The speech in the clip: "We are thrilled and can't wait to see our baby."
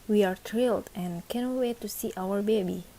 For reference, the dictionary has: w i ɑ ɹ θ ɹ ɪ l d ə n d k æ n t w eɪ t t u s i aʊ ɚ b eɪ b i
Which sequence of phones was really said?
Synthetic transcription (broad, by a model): w i ɑ ɹ t ɹ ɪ l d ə n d k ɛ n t w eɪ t t u s i aʊ ɚ b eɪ b i